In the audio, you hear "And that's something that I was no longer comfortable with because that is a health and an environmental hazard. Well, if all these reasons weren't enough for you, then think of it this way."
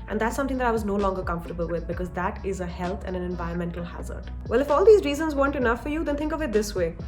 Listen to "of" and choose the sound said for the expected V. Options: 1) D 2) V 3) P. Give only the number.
2